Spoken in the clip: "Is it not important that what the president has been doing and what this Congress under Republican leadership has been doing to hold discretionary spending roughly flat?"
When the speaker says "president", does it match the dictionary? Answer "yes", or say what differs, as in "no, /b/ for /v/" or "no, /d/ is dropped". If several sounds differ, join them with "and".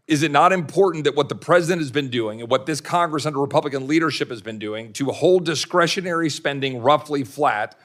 yes